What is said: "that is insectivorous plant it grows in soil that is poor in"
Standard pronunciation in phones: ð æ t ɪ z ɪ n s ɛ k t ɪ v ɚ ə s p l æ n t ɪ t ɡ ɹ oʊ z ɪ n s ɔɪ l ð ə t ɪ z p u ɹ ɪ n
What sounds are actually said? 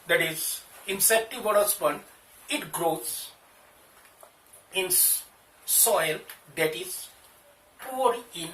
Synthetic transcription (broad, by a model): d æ t ɪ z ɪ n s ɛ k t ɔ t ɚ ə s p ʌ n ɪ t ɡ ɹ oʊ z ɪ n s ɔɪ l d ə t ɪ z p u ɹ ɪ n